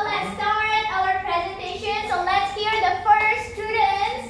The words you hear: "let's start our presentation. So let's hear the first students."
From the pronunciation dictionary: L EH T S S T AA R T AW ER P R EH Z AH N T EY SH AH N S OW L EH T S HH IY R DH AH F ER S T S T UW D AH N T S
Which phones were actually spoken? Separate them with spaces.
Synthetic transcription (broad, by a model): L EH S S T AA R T AW ER P R EH Z AH N T EY SH AH N S OW L EH T S HH IY R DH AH F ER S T S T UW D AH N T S